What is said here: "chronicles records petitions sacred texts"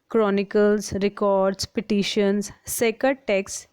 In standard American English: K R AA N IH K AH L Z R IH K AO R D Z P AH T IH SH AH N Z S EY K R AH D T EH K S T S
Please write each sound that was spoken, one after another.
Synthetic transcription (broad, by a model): K R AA N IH K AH L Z R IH K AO R D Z P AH T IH SH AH N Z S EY K AH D T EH K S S